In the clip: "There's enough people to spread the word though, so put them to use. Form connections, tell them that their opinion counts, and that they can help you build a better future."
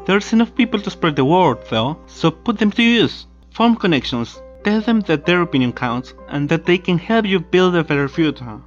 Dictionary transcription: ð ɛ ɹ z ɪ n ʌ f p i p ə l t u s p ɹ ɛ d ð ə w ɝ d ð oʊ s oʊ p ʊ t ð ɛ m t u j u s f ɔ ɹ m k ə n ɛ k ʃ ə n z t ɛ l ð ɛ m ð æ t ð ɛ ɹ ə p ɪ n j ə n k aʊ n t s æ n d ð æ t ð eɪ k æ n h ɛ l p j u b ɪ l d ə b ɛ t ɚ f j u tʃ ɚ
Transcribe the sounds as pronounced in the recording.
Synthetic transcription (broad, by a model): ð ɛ ɹ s ɪ n ʌ f p i p ə l t u s p ɹ ɛ d ð ə w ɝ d ð oʊ s oʊ p ʊ t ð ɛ m t u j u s f ɔ ɹ m k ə n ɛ k ʃ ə n s t ɛ l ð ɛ m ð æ t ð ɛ ɹ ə p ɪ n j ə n k aʊ n t s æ n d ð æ t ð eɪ k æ n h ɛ l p j u b ɪ l d ə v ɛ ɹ f j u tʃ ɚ